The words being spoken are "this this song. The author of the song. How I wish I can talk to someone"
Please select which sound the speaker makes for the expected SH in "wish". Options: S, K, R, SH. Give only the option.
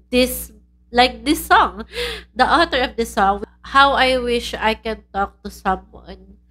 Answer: SH